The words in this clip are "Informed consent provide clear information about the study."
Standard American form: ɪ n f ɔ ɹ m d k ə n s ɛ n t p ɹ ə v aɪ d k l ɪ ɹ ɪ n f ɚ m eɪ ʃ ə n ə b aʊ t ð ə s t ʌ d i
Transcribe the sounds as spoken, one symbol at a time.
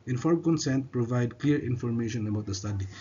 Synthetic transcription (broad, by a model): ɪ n f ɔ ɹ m k ə n s ɛ n t p ɹ ə v aɪ d k l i ɹ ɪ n f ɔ m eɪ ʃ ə n ə b aʊ t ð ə s t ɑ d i